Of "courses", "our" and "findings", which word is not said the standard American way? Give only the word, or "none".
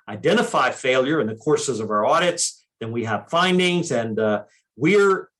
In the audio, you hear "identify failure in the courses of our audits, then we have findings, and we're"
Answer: none